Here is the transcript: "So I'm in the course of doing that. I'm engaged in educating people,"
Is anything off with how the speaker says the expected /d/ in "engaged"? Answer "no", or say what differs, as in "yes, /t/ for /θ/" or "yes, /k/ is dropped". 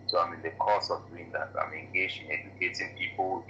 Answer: yes, /d/ is dropped